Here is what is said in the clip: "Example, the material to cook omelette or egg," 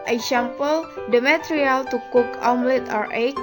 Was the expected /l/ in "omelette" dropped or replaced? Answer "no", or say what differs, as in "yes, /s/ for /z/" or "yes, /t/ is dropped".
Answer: no